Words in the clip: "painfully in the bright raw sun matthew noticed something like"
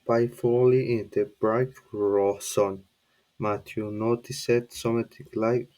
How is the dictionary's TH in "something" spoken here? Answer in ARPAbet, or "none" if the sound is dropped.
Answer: T